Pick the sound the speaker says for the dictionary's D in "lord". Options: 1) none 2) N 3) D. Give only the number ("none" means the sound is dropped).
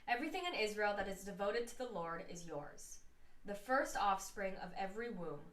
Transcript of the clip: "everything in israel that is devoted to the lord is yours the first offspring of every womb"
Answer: 3